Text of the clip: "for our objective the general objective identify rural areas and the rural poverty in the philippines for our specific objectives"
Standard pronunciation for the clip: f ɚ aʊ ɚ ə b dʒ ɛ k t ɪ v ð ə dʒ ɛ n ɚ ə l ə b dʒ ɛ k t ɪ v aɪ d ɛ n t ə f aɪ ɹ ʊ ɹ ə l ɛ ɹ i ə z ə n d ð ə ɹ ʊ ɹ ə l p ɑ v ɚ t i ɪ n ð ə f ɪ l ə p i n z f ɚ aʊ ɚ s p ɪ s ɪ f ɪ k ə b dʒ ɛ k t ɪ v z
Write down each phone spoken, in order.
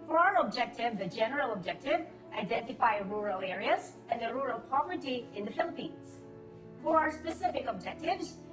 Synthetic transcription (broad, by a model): f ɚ aʊ ɚ ə b dʒ ɛ k t ɪ v ð ə dʒ ɛ n ɚ ə l ə b dʒ ɛ k t ɪ v aɪ d ɛ n t ə f aɪ ɹ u ɹ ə l ɛ ɹ i ə z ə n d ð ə ɹ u ɹ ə l p ɑ v ɚ t i ɪ n ð ə f ɪ l ə p i n z f ɚ aʊ ɚ s p ɪ s ɪ f ɪ k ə b dʒ ɛ k t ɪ v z